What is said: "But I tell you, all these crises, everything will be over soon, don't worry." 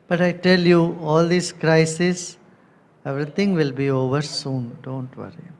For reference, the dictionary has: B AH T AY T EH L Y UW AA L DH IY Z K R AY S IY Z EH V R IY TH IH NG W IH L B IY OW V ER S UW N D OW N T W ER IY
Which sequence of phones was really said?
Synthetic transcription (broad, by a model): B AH T AY T EH L Y UW AA L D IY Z K R AY S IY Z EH V R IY T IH NG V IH L B IY OW V ER S UW N D OW N T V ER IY